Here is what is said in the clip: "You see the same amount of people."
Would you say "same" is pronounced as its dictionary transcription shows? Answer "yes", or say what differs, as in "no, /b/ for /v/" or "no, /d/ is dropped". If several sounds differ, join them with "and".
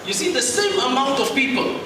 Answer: yes